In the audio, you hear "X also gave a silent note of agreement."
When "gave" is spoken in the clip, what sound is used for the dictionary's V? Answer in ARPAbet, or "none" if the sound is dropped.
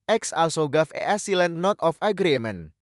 F